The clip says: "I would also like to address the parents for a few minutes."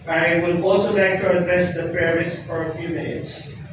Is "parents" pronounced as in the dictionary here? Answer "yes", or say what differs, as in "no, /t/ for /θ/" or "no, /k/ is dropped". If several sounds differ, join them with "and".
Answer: no, /n/ is dropped